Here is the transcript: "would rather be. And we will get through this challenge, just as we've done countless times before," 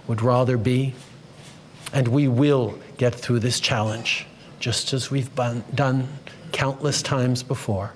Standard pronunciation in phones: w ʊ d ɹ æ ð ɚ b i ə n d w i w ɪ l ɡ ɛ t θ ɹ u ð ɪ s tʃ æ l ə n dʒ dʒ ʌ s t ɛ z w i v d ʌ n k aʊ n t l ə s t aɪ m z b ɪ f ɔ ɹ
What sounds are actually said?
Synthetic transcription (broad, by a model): w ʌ d ɹ æ ð ɚ b i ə n w i w ɪ l ɡ ɛ t θ ɹ u ð ɪ s tʃ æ l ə n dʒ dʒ ʌ s t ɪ z w i v d ʌ n k aʊ n t l ə s t aɪ m z b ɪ f ɔ ɹ